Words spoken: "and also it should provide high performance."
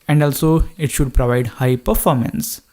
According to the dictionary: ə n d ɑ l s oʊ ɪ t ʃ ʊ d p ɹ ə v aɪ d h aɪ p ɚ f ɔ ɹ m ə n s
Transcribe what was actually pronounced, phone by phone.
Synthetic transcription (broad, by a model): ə n d ɑ l s oʊ ɪ t ʃ ʊ d p ɹ ə v aɪ d h aɪ p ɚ f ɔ ɹ m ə n s